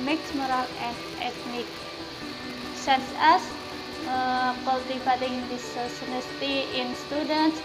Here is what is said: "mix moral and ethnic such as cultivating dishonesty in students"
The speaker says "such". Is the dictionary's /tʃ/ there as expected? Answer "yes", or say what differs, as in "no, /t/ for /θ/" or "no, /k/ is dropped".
no, /s/ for /tʃ/